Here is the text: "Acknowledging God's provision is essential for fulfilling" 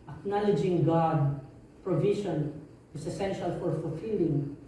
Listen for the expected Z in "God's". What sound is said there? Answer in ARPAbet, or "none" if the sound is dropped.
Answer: none